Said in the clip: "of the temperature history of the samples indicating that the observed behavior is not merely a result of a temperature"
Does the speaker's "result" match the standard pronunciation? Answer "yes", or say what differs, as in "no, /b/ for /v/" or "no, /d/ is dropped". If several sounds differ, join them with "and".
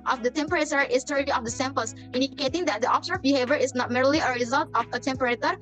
yes